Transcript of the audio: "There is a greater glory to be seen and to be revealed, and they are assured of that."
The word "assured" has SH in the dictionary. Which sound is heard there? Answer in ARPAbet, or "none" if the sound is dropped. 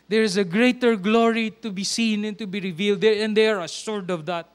S